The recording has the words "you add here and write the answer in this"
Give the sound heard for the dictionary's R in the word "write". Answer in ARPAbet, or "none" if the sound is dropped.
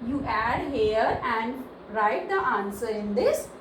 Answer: R